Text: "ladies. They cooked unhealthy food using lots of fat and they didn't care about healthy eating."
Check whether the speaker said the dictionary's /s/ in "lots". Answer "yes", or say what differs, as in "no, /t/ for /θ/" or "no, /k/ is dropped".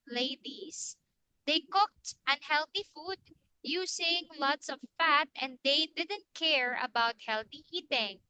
yes